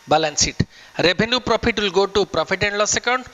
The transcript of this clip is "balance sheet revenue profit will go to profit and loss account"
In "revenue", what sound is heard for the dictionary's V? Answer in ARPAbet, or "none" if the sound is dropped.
B